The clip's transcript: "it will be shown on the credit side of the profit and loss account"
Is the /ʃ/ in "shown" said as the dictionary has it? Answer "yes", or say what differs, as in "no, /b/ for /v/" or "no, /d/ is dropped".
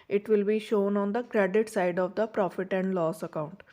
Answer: yes